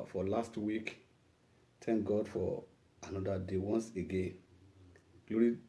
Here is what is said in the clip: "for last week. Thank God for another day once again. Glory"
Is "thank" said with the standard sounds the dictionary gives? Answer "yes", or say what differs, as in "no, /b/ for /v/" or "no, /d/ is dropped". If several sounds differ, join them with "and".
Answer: no, /t/ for /θ/